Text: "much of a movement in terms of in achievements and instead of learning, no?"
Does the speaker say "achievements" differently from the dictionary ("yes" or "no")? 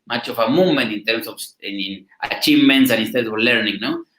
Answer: no